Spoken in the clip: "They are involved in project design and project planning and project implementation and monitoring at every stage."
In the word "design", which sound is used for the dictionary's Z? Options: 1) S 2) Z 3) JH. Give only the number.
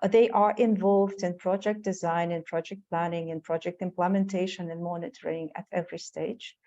2